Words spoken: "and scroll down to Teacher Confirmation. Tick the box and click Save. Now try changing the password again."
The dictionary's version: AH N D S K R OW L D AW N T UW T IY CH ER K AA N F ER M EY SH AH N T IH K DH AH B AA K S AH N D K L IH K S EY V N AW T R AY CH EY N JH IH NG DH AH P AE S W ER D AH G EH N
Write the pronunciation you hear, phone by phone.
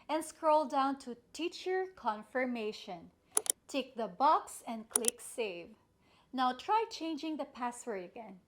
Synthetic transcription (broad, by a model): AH N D S K R OW L D AW N T UW T IY CH ER K AA N F ER M EY SH AH N T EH K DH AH B AA K S AH N D K L IH K S EY V N AW T R AY CH EY N JH IH NG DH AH P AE S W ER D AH G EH N